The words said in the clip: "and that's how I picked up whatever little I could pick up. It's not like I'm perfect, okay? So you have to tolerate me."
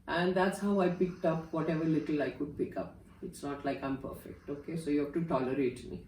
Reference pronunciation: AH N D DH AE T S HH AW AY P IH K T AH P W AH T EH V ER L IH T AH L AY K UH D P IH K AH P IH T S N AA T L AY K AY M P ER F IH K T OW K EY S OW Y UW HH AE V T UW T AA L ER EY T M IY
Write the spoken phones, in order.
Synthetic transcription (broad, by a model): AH N D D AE T S HH AW AY P IH K T AH P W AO T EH V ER L IH T AH L AY K UH D P IH K AH P IH T S N AA T L AY K AY M P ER F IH K T OW K EY S OW Y UW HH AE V T UW T AA L ER EY T M IY